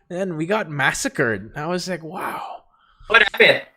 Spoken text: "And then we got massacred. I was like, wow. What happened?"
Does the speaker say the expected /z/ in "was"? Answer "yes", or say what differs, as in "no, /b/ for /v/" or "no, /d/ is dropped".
yes